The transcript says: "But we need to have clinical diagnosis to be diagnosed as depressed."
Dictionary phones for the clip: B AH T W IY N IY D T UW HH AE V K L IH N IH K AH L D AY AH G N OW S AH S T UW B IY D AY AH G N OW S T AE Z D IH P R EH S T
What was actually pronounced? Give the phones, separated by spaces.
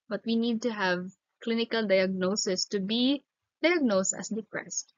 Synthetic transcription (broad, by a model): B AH T W IY N IY D T UW HH AE V K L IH N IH K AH L D AY AH G N OW S AH S T UW B IY D AY AH G N OW S T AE S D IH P R EH S T